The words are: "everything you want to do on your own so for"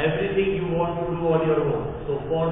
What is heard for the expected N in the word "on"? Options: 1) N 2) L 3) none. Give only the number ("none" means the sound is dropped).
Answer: 2